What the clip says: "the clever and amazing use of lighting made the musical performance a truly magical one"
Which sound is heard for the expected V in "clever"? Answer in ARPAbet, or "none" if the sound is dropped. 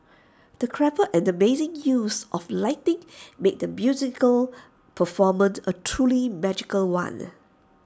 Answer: P